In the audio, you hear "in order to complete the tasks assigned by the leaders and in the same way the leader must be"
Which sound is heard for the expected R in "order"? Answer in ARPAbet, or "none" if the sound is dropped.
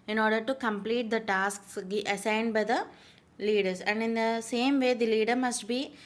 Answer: R